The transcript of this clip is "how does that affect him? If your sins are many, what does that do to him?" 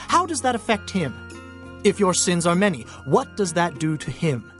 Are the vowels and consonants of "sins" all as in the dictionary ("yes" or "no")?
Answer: yes